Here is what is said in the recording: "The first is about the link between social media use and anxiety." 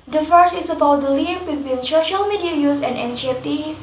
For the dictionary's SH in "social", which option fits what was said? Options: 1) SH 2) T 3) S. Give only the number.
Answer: 1